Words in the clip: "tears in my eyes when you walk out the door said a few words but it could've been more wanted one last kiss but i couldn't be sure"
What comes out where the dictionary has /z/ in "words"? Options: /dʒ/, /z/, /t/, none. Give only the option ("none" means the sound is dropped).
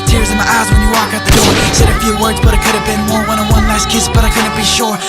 /z/